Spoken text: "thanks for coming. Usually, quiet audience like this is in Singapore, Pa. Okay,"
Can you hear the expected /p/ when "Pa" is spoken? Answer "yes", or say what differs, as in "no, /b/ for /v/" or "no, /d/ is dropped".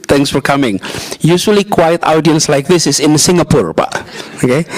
no, /b/ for /p/